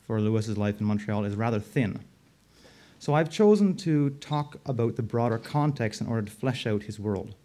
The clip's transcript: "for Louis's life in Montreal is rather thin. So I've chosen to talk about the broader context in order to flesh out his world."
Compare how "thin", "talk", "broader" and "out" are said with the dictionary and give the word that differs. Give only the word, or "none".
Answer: none